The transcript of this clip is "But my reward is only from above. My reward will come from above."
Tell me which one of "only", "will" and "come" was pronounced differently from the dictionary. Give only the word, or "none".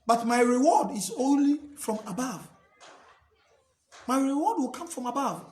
none